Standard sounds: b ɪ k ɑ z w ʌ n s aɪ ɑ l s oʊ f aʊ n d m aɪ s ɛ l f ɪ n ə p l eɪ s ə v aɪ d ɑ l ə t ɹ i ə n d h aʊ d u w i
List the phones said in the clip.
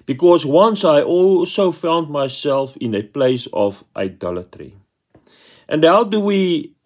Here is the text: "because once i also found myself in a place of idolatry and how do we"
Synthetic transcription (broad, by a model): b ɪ k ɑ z w ʌ n s aɪ ɑ l s oʊ f aʊ n d m aɪ s ɛ l f ɪ n ə p l eɪ s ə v aɪ d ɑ l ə t ɹ i ə n d h aʊ d u w i